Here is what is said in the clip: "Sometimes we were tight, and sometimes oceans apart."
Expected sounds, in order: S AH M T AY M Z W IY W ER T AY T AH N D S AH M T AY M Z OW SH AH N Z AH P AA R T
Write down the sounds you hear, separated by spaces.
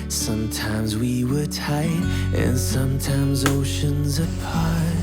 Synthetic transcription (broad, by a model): S AH M T AY M Z W IY W ER T AY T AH N S AH M T AY M Z OW SH AH N Z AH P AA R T